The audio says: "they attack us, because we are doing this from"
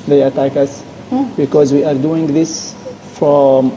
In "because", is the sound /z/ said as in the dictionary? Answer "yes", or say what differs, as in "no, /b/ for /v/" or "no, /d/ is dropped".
yes